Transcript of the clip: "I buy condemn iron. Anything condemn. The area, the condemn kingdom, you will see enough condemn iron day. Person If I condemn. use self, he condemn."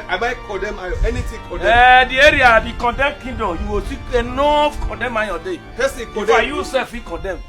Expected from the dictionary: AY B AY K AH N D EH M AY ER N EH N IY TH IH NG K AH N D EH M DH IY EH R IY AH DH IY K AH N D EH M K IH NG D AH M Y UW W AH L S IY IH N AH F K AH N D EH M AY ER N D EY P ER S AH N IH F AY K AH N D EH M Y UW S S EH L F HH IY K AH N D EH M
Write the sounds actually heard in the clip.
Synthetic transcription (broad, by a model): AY B AY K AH D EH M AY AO EH N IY T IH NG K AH D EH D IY EH R IY AH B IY K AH N D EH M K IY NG D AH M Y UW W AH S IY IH N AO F K AH N D EH M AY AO D EY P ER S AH IH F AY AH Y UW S S EH L F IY K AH N D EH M